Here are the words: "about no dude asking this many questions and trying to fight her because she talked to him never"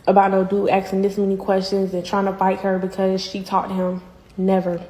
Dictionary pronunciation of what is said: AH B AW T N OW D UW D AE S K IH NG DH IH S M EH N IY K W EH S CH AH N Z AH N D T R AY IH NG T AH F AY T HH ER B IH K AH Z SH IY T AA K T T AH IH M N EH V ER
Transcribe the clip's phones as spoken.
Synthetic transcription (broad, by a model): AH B AW T N OW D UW AE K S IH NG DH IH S M EH N IY K W EH S CH AH N Z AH N T R AY IH NG T AH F AY T HH ER B IH K AH Z SH IY T AA T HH IH M N EH V ER